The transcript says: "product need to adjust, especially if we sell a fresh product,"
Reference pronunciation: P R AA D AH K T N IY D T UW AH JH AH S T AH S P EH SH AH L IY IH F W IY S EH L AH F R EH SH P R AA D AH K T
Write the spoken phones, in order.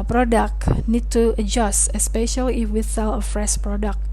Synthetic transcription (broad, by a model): P R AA D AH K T N IY D T UW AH JH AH S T AH S P EH SH AH L IY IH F W IY TH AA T AH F R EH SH P R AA D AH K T